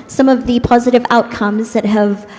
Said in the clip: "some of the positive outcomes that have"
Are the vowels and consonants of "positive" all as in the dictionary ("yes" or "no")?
yes